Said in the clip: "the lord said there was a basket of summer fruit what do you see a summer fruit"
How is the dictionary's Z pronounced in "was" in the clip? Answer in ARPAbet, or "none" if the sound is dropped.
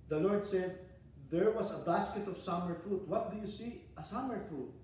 S